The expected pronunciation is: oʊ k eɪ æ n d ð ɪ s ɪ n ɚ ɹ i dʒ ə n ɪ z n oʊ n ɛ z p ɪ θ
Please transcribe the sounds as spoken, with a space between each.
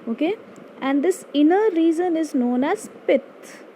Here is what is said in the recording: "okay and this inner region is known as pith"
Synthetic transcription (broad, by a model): oʊ k eɪ æ n d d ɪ s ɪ n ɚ ɹ i z ə n ɪ z n oʊ n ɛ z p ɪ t